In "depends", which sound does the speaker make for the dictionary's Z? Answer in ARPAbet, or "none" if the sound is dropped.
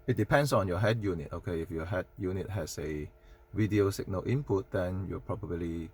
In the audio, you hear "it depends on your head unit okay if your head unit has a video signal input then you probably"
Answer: S